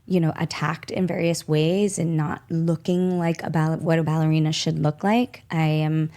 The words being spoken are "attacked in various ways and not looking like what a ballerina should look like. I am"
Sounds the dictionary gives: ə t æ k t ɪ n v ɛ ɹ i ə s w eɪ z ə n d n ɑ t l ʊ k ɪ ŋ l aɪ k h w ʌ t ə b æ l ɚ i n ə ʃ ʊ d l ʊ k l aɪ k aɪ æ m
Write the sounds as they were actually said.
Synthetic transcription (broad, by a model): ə t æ k t ɪ n v ɛ ɹ i ə s w eɪ z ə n n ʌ t l ʊ k ɪ ŋ l aɪ k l w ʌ t ə b æ l ɚ i n ə ʃ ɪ d l ʊ k l aɪ k aɪ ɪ m